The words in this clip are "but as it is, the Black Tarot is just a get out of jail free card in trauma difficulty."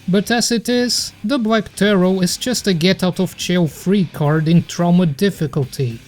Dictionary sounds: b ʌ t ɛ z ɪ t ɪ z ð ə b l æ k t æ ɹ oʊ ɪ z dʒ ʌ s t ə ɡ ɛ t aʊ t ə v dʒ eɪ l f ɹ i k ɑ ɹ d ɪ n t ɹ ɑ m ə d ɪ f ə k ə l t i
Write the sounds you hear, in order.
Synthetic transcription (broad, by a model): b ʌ t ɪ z ɪ t ɪ z ð ə b l æ k t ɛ ɹ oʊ ɪ z dʒ ʌ s t ə ɡ ɛ t aʊ t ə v tʃ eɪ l f ɹ i k ɑ ɹ d ɪ n t ɹ ɑ m ə d ɪ f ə k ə l t i